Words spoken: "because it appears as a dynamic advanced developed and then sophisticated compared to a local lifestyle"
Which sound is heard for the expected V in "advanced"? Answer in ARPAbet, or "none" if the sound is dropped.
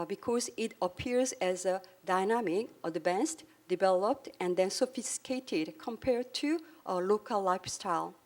B